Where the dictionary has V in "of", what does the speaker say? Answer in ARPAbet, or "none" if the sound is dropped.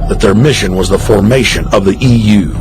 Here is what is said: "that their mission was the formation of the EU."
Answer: V